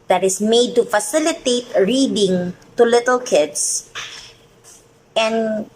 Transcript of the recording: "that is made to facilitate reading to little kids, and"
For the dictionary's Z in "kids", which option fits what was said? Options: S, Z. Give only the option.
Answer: S